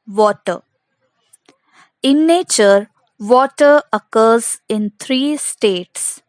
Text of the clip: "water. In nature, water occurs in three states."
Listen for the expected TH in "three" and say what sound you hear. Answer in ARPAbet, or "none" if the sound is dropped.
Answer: T